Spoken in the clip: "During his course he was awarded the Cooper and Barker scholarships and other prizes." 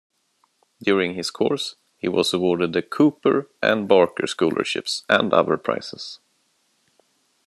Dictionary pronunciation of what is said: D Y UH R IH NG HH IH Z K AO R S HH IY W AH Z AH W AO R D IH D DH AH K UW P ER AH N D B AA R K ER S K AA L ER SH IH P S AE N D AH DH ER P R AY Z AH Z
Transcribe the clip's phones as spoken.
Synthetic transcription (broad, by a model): D Y UH R IH NG HH IH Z K AO R S HH IY W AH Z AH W AO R D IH D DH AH K UW P ER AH N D B AA R K ER S K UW L ER SH IH P S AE N D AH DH ER P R AY S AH S